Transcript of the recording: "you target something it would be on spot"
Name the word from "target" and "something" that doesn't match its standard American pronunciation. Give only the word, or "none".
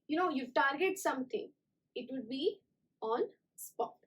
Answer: something